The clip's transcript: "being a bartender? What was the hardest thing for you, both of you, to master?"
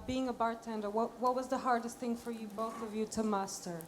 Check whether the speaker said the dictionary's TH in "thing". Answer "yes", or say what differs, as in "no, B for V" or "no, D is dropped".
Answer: yes